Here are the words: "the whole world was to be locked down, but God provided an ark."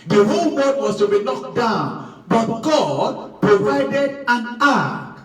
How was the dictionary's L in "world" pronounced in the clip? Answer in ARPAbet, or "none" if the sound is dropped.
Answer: none